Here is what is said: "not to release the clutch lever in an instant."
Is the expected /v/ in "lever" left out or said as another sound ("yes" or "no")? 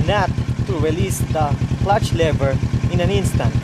yes